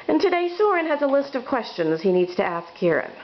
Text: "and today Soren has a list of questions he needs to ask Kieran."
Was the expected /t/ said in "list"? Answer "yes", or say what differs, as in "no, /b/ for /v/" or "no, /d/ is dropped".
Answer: yes